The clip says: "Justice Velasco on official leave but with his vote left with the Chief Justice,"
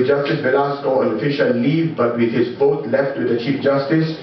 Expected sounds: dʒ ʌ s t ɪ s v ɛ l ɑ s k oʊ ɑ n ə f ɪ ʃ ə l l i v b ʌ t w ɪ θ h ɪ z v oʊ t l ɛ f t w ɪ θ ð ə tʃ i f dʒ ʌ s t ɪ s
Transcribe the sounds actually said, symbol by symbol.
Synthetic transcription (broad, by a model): dʒ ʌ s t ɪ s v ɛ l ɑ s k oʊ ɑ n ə f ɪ ʃ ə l l i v b ʌ t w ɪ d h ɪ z f oʊ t l ɛ f t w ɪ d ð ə tʃ i f dʒ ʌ s t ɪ s